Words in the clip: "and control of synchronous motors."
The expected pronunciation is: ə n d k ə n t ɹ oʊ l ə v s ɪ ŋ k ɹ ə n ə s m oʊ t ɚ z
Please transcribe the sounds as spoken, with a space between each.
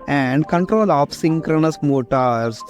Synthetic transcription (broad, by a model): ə n d k ə n t ɹ oʊ l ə p s ɪ ŋ k ɹ ə n ə s m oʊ t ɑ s